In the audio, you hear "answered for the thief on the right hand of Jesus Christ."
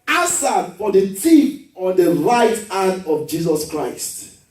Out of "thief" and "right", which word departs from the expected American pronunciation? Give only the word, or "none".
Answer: thief